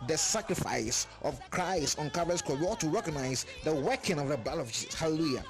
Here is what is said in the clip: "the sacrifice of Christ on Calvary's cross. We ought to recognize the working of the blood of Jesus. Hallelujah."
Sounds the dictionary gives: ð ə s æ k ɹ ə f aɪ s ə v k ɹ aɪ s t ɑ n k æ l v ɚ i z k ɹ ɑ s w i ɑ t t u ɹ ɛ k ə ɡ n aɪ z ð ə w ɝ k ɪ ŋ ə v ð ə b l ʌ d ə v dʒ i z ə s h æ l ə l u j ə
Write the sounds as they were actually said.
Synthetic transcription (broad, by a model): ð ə s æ k ɹ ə f aɪ s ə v k ɹ aɪ s t ɑ n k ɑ v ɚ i s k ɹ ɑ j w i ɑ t t u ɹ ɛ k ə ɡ n aɪ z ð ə w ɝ k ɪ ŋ ə v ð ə b ɛ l ə v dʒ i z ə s h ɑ l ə l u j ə